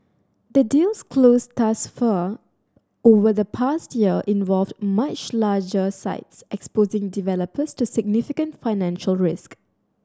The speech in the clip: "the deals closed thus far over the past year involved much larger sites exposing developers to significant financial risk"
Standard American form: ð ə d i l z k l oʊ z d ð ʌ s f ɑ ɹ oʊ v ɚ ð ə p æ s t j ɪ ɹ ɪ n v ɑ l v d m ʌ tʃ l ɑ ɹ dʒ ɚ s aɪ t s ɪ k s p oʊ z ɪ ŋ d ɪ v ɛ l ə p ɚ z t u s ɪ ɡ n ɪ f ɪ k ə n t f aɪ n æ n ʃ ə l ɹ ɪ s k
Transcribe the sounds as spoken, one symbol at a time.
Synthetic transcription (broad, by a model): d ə d i l s k l oʊ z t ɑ s f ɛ oʊ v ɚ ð ə p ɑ s t j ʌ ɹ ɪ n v ɑ l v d m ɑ tʃ l ɑ dʒ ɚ s aɪ t s ɪ k s p oʊ z ɪ ŋ d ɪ v ɛ l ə p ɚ s t u s ɪ ɡ n ɪ f ɪ k ə n t f aɪ n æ n ʃ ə l ɹ ɪ s k